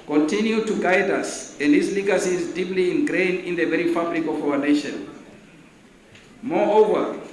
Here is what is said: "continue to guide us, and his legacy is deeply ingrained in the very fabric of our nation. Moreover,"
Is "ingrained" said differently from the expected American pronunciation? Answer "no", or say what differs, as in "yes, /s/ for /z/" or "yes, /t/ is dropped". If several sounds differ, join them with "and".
yes, /d/ is dropped